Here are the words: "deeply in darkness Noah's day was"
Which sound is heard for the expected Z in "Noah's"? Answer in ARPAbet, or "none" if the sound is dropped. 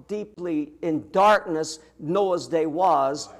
Z